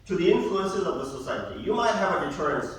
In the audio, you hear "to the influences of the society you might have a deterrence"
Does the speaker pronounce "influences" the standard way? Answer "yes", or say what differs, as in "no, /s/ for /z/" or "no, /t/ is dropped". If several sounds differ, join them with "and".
yes